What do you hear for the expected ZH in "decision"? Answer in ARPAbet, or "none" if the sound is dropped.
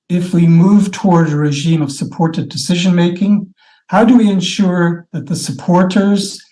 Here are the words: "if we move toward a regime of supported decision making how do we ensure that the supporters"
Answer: ZH